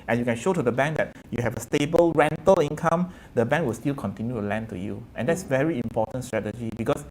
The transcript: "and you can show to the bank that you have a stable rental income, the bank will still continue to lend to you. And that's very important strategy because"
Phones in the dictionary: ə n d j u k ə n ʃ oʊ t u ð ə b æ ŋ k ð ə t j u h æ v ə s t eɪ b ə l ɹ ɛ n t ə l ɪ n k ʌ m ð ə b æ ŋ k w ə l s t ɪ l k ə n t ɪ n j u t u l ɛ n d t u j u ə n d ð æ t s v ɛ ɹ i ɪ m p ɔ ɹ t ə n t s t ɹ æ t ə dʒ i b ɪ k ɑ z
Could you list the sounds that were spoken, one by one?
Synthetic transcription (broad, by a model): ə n j u k ə n ʃ oʊ t u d ə b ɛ ŋ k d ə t j u h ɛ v ə s t eɪ b ə l ɹ ɛ n t ə l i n k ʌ m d ə b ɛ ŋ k w ə l s t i l k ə n t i n j u t u l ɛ n t u j u ə n d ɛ t s v ɛ ɹ i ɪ m p ɔ t ə n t s t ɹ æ t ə dʒ i b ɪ k ɑ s